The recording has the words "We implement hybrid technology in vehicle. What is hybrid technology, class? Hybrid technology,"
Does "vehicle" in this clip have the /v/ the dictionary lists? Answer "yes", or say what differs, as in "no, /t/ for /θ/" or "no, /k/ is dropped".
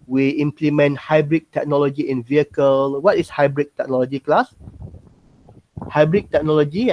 yes